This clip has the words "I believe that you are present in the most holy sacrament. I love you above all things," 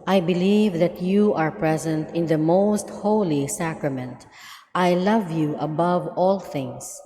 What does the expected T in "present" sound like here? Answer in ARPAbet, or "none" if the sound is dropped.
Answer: T